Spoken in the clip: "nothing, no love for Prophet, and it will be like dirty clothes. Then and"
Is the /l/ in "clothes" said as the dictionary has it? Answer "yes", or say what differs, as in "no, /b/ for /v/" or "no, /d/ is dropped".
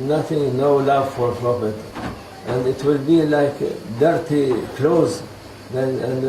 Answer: yes